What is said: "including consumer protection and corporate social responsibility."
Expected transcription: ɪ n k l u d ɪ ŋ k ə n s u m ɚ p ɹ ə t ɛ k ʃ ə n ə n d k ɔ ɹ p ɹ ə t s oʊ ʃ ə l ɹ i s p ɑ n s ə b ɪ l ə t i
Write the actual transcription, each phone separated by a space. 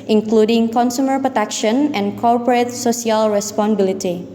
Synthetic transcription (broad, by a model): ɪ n k l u d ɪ ŋ k ə n s u m ɚ p ɹ ə t ɛ k ʃ ə n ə n k ɔ ɹ p ɹ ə t s oʊ s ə l ɹ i s p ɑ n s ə b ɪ l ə t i